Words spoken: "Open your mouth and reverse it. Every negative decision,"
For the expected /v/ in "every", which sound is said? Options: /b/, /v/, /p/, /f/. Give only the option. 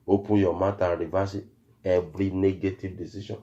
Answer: /b/